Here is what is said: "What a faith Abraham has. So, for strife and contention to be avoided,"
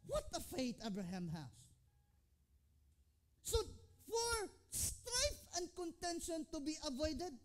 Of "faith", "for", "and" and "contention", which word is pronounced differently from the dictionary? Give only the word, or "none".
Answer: faith